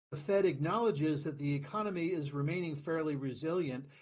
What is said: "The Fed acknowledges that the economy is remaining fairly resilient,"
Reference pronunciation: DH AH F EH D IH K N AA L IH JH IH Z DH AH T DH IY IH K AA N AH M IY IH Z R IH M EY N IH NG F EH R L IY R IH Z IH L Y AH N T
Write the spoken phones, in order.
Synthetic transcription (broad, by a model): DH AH F EH D IH K N AA L IH JH IH Z DH AH T DH IY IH K AA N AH M IY IH Z R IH M EY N IH NG F EH R L IY R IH Z IH L Y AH N T